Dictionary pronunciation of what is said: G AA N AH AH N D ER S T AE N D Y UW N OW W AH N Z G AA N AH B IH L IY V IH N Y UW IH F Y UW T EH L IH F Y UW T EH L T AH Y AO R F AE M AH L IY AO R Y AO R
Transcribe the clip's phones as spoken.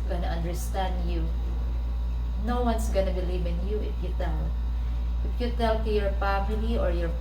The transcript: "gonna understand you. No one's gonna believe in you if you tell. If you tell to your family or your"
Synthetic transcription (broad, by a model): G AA N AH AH N D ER S T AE N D Y UW N OW W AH N S G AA N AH B IH L IY V IH N Y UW IH F Y UW T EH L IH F Y UW T EH L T Y AO R P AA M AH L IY AO R Y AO R